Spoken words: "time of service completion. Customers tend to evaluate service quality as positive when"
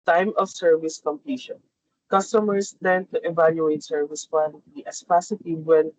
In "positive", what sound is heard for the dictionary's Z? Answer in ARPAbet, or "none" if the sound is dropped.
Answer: S